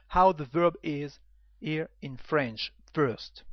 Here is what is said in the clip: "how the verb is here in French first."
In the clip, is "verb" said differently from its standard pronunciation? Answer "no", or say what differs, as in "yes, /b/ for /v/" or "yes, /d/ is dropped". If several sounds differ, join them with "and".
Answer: no